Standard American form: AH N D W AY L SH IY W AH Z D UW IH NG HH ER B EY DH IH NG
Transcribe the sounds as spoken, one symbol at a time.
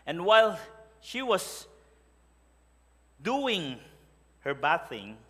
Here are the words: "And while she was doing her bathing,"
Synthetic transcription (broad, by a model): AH N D W AY L SH IY W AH S D UW IH NG HH ER B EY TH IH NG